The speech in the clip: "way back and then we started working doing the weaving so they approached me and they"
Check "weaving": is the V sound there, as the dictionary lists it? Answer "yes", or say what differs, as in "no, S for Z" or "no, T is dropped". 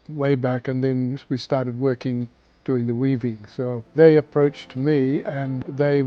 yes